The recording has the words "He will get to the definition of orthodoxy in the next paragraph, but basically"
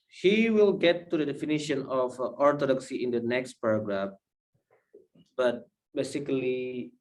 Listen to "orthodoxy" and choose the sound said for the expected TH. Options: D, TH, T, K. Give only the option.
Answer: T